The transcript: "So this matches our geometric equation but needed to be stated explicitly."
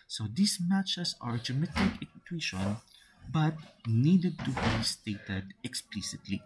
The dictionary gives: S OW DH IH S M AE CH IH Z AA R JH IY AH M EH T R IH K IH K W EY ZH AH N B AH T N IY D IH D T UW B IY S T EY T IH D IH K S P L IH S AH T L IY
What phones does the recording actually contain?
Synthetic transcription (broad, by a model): S OW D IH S M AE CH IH S AA R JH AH M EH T IH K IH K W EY SH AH N B AH T N IY D IH D T UW B IY S T EY T IH D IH K S P L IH S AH T L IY